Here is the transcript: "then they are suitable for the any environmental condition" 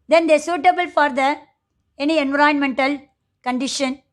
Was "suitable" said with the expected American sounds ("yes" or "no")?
yes